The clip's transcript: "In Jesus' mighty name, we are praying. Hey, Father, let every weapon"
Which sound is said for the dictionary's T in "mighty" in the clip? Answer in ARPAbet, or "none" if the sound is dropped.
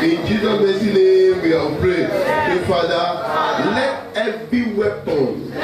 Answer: S